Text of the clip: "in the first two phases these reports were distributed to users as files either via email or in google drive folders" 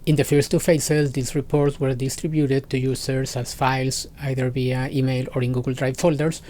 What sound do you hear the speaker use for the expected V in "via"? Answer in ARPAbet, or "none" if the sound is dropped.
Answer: B